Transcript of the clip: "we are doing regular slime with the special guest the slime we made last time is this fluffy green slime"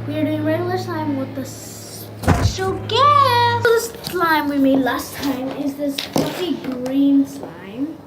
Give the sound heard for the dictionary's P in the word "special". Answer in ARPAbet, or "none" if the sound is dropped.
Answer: none